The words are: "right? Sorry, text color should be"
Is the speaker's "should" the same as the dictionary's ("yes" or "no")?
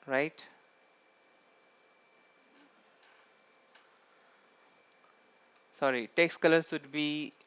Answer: no